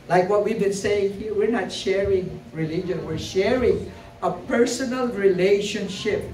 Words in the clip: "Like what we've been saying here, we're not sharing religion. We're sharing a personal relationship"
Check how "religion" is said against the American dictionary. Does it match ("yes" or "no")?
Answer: yes